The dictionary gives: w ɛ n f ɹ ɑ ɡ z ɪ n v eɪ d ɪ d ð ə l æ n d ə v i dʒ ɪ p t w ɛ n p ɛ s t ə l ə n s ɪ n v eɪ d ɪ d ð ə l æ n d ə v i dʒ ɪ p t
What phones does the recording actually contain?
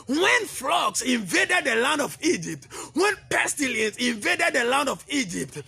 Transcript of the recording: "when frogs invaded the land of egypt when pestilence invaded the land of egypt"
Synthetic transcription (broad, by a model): w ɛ n f l ɑ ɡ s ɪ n v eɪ d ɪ d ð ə l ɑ n d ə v i dʒ ɪ p t w ɛ n p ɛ s t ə l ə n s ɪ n v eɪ d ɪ d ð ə l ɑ n d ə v i dʒ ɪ p t